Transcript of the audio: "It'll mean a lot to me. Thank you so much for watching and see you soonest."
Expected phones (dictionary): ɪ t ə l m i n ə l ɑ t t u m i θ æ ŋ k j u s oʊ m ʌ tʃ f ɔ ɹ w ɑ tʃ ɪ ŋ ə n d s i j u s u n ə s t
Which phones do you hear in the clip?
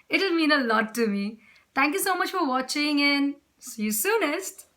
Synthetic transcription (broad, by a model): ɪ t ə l m i n ə l ɑ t t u m i t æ ŋ k j u s oʊ m ʌ tʃ f ɔ ɹ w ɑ tʃ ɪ ŋ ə n s i j u s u n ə s t